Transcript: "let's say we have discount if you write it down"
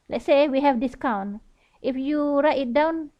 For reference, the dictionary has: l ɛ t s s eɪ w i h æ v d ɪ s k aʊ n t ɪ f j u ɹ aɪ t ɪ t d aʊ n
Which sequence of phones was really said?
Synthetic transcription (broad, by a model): l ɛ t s s eɪ w i h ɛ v d ɪ s k aʊ n t ɪ f j u ɹ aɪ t ɪ t d aʊ n